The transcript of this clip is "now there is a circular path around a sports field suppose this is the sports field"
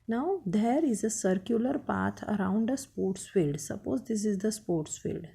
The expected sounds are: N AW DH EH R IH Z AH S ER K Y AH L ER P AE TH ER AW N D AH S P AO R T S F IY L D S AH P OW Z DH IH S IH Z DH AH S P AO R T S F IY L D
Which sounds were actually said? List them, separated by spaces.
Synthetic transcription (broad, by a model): N AW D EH R IH Z AH S ER K Y AH L ER P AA T ER AW N D AH S P AO R T S F IY L D S AH P OW Z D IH S IH Z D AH S P AO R T S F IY L D